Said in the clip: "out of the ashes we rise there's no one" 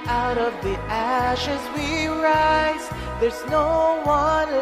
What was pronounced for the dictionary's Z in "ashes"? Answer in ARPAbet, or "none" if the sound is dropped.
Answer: Z